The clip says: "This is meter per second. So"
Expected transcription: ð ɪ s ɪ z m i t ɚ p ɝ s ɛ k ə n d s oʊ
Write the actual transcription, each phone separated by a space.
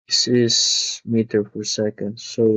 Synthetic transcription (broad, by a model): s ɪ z m i t ɚ f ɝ s ɛ k ə n d s oʊ